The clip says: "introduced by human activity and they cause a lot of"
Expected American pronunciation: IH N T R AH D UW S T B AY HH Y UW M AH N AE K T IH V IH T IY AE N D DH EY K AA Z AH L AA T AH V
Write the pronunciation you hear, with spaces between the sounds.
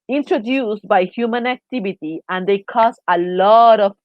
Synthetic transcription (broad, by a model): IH N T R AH D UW S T B AY HH Y UW M AH N AE K T IH V IH T IY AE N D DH EY K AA S AH L AA T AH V